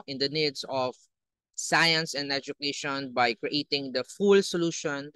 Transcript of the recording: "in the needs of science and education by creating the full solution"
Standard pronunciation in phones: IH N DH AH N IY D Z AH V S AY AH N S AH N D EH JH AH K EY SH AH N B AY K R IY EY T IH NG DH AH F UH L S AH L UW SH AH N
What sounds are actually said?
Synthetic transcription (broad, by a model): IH N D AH N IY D S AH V S AY AH N S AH N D EH JH AH K EY SH AH N B AY K R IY EY T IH NG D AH F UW L S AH L UW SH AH N